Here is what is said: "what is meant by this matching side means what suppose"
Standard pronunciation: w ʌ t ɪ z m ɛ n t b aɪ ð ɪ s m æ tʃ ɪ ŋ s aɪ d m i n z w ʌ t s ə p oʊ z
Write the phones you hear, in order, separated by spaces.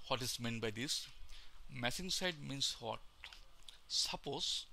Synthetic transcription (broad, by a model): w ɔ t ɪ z m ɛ n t b aɪ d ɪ s m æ s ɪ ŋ s aɪ d m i n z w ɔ t s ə p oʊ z